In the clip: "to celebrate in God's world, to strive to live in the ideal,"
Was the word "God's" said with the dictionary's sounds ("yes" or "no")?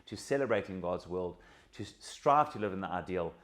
yes